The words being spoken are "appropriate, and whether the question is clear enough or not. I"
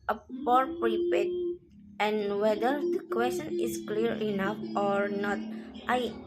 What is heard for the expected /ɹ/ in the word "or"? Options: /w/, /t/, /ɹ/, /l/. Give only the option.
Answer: /ɹ/